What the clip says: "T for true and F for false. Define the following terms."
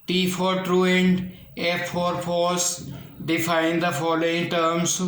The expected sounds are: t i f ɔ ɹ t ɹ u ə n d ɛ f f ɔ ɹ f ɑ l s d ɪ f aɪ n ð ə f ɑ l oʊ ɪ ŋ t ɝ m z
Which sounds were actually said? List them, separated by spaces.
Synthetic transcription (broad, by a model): t i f ɔ ɹ t ɹ u ə n d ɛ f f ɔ ɹ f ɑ s d ɪ f aɪ n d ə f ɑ l oʊ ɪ ŋ t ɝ m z